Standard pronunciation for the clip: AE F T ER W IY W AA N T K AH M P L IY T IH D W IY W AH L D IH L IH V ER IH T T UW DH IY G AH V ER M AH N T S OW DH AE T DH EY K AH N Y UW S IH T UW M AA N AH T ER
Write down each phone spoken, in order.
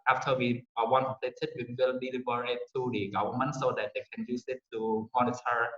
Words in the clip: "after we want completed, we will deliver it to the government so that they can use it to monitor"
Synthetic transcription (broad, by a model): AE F T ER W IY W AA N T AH P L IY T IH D W IY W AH L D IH L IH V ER IH T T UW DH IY G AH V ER M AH N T S OW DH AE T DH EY K AH N Y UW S IH T UW M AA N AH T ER